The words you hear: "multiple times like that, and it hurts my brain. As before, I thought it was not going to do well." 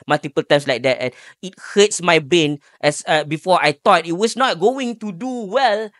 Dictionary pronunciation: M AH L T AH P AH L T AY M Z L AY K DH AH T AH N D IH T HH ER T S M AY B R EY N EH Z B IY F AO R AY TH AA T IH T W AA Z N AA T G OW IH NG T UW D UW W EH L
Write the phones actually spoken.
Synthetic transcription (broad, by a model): M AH L T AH P AH L T AY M S L AY K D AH T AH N IH T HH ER T S M AY B EY N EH S B IY F AO AY T AA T IH T W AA S N AA T G OW IH NG T UW D UW W EH L